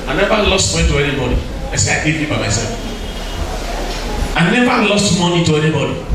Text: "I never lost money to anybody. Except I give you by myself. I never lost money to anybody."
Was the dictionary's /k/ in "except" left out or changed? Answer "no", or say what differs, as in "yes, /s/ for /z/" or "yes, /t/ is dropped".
yes, /k/ is dropped